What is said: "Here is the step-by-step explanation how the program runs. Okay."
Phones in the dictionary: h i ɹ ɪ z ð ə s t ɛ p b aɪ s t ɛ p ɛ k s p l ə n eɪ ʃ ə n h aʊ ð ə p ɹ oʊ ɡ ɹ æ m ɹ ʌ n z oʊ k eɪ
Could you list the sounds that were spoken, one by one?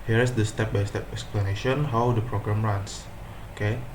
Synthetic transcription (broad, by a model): h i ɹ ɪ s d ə s t ɛ p b aɪ s t ɛ p ɛ k s p l ə n eɪ ʃ ə n h aʊ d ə p ɹ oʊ ɡ ɹ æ m ɹ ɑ n s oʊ k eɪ